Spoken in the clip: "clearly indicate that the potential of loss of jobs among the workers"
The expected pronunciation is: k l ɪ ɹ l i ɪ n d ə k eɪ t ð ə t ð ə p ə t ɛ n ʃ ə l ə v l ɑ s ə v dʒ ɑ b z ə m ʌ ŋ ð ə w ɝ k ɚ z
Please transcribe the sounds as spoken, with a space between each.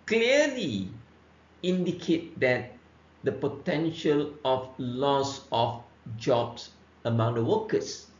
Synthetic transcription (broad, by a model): k l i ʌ l i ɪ n d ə k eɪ t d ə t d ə p ə t ɛ n ʃ ə l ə f l ɑ s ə f dʒ ɑ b s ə m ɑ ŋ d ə w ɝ k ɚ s